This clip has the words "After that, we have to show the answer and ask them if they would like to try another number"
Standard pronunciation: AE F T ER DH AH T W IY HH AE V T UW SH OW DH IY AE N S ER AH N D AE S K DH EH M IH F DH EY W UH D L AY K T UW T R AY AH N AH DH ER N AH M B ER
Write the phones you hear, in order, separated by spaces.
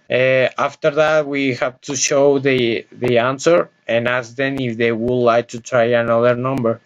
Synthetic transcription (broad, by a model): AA F T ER DH AH T W IY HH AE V T UW SH OW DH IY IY N S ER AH N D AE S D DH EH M IH F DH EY W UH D L AY K T UW T R AY AH N AH DH ER N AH M B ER